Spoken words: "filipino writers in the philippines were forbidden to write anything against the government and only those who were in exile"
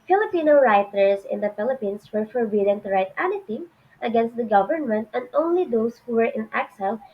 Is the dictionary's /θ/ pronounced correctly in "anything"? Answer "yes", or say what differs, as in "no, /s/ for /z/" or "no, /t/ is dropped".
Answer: no, /t/ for /θ/